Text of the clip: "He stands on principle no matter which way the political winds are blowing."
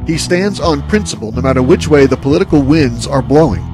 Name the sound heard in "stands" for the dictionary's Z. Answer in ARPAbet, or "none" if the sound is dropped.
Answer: Z